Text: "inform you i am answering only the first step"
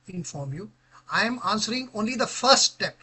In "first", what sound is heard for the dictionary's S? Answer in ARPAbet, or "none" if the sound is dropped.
none